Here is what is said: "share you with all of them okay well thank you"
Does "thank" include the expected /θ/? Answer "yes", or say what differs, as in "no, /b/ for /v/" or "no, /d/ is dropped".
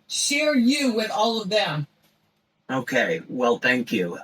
yes